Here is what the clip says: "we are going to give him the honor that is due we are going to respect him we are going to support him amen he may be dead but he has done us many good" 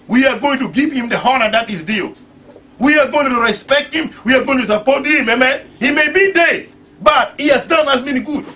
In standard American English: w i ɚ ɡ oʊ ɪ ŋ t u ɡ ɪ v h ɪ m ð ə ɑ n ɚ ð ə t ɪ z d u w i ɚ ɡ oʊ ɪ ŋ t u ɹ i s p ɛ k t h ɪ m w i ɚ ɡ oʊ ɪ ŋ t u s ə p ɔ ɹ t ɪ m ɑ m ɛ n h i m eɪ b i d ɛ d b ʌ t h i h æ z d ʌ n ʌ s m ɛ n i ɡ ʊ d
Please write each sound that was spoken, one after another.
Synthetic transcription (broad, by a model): w i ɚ ɡ oʊ ɪ ŋ t u ɡ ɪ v h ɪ m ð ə ɑ n ɚ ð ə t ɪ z d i w i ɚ ɡ oʊ ɪ ŋ t u ɹ i s p ɛ k t h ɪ m w i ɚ ɡ oʊ ɪ ŋ t u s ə p ɔ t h ɪ m ɑ m ɛ n h i m eɪ b i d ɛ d b ʌ t h i h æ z d ʌ n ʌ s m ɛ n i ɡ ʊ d